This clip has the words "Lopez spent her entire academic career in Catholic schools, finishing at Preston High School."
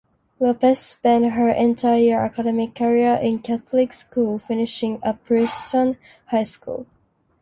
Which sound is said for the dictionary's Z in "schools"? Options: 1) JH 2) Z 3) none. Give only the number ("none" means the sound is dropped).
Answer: 3